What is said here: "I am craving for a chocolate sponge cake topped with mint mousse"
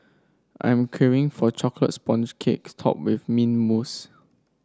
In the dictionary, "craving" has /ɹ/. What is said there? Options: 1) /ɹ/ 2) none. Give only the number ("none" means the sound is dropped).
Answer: 2